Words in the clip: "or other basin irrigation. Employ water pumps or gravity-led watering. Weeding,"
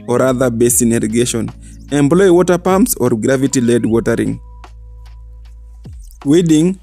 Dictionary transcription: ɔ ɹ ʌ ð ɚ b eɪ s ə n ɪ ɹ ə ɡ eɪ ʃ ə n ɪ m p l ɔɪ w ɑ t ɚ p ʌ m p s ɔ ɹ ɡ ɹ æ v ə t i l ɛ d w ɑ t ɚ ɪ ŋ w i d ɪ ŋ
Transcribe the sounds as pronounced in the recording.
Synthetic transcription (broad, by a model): ɔ ɹ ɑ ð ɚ b eɪ s ə n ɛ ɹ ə ɡ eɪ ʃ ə n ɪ m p l ɔɪ w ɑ t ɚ p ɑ m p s ɔ ɹ ɡ ɹ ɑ v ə t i l ɛ d w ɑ t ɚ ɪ ŋ w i d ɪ ŋ